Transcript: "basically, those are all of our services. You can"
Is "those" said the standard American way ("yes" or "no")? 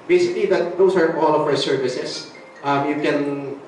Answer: no